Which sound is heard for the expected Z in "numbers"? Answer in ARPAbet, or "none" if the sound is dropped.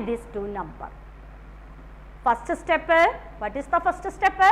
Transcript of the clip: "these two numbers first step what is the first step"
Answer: none